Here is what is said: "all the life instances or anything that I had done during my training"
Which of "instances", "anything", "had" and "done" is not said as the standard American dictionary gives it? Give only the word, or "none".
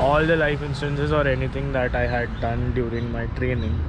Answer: anything